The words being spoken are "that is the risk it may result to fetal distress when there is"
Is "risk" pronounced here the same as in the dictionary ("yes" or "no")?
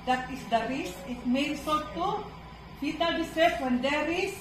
no